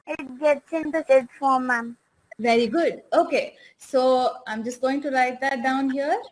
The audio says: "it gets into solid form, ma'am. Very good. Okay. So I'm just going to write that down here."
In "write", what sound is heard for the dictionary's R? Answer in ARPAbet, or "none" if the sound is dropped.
L